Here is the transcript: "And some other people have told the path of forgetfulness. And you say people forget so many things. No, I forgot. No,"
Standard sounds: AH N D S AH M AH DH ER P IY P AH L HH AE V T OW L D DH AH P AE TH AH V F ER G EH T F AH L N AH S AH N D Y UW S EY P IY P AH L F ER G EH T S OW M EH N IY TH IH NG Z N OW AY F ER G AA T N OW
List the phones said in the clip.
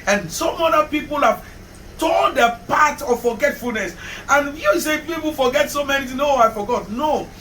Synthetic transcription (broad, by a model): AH N S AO M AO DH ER P IY P AH L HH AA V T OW N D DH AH P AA T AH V F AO G EH T F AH L N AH S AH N Y UW S EY P IY P AH L F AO G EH T S OW M EH N IY T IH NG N OW AY F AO G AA T N OW